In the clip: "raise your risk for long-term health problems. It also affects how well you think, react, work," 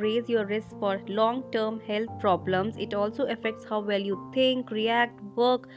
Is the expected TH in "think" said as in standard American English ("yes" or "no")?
no